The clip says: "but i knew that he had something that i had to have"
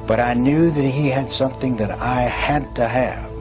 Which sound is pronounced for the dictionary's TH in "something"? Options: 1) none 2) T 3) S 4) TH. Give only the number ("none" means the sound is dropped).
4